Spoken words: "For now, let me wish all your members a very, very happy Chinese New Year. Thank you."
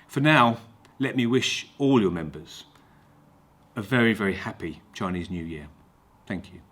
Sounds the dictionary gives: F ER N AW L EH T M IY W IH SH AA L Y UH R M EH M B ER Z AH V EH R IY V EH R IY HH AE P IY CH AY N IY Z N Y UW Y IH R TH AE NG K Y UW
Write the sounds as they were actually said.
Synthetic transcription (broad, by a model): F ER N AW L EH T M IY W IH SH AA L Y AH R M EH M B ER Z AH V EH R IY V EH R IY HH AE P IY CH AY N IY Z N Y UW Y IH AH TH AE NG K Y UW